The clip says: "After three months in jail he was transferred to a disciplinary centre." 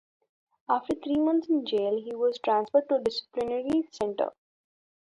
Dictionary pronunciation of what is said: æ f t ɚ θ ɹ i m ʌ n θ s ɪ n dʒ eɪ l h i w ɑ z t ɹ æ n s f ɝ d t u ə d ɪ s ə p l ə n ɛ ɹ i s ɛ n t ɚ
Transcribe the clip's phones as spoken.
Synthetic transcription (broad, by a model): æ f t ɚ t ɹ i m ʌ n t s ɪ n dʒ eɪ l h i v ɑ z t ɹ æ n s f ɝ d t u d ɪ s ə p l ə n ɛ ɹ i s ɛ n t ɚ